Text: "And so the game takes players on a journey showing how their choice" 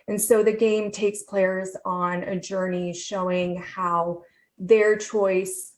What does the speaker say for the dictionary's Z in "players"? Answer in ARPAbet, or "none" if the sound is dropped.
Z